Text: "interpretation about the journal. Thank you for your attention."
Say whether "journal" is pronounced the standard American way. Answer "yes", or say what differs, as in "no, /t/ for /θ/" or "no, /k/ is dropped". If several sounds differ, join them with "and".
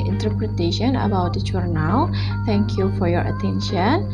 no, /tʃ/ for /dʒ/